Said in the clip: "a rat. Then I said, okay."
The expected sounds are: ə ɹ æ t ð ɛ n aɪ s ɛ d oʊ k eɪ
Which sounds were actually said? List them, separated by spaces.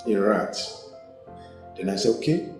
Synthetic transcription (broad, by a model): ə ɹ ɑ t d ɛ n aɪ s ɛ oʊ k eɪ